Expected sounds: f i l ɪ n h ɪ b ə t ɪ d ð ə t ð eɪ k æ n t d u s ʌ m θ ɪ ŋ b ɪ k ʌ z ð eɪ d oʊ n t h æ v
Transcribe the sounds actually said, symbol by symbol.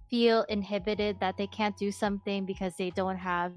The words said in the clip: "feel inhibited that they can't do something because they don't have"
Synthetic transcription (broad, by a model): f i l ɪ n h ɪ b ə t ɪ d ð ə t ð eɪ k æ n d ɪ s ʌ m θ ɪ ŋ b ɪ k ʌ z ð eɪ d oʊ n t h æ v